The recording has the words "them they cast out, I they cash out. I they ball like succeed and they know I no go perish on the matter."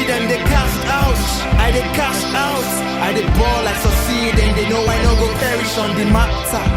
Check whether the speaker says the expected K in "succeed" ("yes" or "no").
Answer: no